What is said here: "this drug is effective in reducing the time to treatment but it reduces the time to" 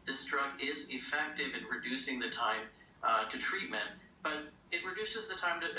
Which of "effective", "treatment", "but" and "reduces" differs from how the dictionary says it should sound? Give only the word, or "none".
none